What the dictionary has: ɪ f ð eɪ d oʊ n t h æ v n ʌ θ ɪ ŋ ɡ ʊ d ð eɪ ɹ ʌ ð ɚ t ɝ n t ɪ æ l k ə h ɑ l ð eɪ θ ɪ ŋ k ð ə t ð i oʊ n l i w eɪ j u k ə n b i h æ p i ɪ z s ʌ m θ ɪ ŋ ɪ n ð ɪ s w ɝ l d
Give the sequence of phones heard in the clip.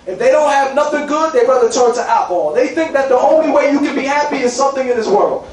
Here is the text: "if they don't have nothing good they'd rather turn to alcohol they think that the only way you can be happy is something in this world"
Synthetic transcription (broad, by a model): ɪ f ð eɪ d oʊ n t h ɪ v n ʌ θ ɪ ŋ ɡ ʊ d ð eɪ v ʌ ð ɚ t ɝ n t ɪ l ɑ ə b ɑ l ð eɪ θ ɪ ŋ k ð ə t ð i oʊ n l i w eɪ j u k ə n b i h æ p i ɪ z s ʌ m θ ɪ ŋ ɪ n ð ɪ s w ɝ l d